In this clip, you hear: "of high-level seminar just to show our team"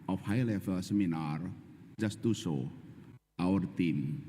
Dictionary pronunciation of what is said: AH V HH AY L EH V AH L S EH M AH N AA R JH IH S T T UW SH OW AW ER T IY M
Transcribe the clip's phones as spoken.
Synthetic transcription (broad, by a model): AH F HH AY L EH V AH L S EH M AH N AA R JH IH S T T UW S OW AW ER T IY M